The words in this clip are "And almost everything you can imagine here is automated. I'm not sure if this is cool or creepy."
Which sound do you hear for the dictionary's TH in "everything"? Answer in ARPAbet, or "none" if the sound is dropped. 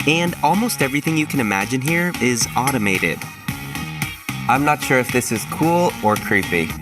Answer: TH